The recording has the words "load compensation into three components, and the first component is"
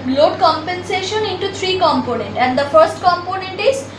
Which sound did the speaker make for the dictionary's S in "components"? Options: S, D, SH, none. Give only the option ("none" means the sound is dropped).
none